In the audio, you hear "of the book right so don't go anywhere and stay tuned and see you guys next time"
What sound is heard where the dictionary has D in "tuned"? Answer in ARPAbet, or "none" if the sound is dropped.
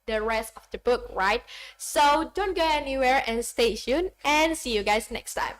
none